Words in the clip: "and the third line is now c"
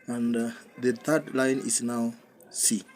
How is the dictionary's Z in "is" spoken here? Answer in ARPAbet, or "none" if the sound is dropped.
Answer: S